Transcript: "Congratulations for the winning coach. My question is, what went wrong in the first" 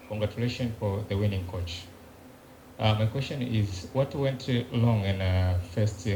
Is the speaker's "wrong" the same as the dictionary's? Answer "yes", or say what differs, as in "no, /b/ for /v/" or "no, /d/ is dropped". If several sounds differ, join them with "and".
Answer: no, /l/ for /ɹ/